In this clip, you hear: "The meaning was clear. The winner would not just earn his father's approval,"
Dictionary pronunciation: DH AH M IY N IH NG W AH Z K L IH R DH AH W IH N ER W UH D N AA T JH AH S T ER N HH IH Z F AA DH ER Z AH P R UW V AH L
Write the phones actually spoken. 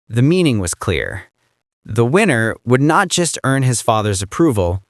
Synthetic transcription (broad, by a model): DH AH M IY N IH NG W AH Z K L IH R DH AH W IH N ER W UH D N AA T JH AH S T ER N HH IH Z F AA DH ER Z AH P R UW V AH L